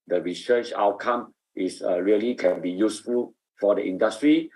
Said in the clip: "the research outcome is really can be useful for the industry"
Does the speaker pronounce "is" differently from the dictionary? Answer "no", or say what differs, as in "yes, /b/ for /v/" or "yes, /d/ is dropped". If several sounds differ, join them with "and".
yes, /s/ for /z/